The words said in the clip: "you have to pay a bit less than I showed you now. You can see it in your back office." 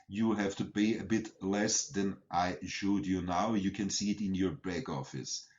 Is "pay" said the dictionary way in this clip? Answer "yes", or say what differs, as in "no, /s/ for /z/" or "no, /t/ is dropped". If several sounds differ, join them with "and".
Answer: no, /b/ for /p/